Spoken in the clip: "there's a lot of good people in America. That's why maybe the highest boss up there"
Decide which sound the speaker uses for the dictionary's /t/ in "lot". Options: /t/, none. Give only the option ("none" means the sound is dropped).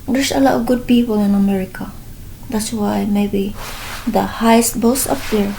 none